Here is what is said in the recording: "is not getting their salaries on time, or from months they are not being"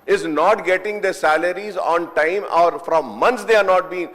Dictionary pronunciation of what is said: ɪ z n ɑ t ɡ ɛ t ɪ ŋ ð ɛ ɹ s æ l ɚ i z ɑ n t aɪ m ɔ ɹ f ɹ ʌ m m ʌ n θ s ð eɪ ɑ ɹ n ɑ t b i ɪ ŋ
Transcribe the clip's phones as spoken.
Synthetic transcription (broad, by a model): ɪ z n ɑ t ɡ ɛ t ɪ ŋ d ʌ s æ l ɚ i z ɑ n t aɪ m ɔ ɹ f ɹ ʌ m m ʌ n t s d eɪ ɑ ɹ n ɑ t b i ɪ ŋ